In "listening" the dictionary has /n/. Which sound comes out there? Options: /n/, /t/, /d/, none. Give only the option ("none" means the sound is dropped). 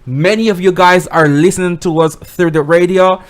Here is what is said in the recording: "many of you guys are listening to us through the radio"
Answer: /n/